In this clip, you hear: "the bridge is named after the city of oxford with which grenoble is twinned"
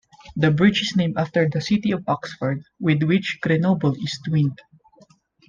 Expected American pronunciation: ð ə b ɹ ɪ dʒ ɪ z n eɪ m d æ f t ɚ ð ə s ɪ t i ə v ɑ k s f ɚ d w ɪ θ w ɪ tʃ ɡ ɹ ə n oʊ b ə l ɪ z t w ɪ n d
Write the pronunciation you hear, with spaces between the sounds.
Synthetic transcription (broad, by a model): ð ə b ɹ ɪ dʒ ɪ s n eɪ m ɑ f t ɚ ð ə s ɪ t i ə v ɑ k s f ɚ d w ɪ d w ɪ tʃ ɡ ɹ ə n oʊ b ə l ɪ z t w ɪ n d